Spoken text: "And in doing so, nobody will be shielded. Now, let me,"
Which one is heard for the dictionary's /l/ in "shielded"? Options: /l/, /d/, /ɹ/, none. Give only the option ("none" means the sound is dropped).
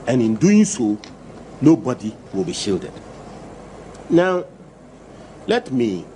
/l/